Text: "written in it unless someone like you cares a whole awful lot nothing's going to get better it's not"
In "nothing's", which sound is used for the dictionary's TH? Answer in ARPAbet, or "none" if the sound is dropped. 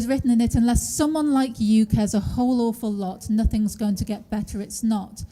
TH